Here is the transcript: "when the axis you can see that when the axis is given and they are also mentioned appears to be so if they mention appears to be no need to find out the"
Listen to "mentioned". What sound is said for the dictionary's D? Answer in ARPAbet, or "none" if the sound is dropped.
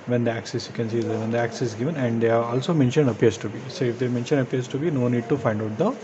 D